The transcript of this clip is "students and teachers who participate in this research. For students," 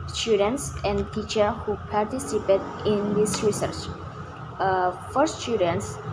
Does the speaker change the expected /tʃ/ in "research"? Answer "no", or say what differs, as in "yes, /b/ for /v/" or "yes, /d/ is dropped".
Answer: no